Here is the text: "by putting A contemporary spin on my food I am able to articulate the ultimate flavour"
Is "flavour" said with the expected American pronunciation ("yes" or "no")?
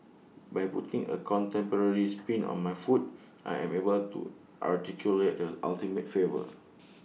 no